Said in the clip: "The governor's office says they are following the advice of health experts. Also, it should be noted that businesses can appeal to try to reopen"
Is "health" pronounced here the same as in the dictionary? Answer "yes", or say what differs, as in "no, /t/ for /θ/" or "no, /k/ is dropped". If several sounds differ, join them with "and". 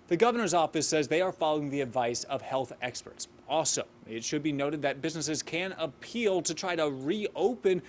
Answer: yes